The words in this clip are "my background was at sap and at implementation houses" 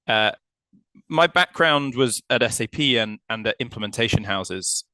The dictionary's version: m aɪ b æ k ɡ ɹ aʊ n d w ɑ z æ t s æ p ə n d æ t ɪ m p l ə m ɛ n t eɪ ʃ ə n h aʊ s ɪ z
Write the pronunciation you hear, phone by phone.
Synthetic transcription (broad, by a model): m aɪ b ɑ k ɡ ɹ aʊ n d w ɑ z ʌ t s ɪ p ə n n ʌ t ɪ m p l ə m ɛ n t eɪ ʃ ə n h aʊ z ɪ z